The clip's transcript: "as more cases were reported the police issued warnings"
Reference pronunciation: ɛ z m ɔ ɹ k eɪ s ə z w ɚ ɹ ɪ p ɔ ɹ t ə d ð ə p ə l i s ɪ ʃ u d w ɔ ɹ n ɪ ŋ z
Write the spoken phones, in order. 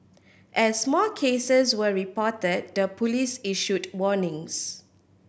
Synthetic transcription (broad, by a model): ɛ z m ɔ l k eɪ s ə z w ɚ ɹ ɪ p ɔ t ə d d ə p ə l i s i ʃ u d w ɔ n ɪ ŋ s